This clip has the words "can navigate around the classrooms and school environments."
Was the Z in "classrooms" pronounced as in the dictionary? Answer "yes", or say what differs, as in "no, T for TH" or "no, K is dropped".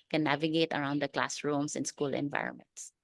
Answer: no, S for Z